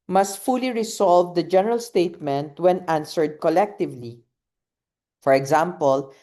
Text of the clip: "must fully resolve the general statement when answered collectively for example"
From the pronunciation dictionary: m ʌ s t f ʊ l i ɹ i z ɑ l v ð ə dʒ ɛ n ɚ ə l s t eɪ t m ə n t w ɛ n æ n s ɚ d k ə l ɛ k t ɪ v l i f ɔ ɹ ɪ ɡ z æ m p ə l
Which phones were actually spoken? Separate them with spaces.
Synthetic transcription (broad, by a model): m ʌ s t f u l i ɹ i s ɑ l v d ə dʒ ɛ n ɚ ə l s t eɪ t m ə n t w ɛ n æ n s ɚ d k ə l ɛ k t ɪ v l i f ɔ ɹ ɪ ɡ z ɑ m p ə l